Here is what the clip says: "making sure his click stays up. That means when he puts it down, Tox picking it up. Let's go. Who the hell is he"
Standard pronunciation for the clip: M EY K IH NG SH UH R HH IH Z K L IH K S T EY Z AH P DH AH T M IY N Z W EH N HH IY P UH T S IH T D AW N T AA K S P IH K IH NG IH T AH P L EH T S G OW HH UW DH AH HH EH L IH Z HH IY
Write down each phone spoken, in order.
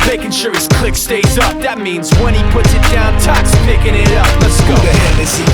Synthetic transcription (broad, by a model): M EY K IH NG SH UH R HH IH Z K L IH K S T EY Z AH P DH AH T M IY N Z W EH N IY P UH T S IH T D AW N T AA K S P IH K IH NG IH T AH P N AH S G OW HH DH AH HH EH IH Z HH